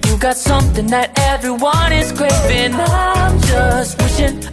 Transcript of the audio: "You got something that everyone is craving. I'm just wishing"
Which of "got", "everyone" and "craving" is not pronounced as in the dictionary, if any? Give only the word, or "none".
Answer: craving